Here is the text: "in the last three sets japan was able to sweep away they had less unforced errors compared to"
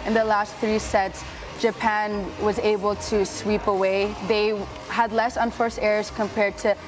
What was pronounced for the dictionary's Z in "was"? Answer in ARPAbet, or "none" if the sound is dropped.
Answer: Z